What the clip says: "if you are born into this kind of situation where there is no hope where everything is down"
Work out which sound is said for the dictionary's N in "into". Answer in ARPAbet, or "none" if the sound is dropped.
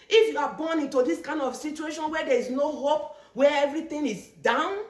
N